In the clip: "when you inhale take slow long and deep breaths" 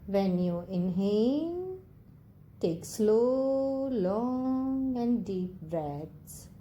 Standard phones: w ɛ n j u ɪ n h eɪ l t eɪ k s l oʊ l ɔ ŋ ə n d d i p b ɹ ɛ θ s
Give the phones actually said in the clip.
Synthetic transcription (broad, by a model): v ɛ n j u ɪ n h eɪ n t eɪ k s l oʊ l ɔ ŋ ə n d d i p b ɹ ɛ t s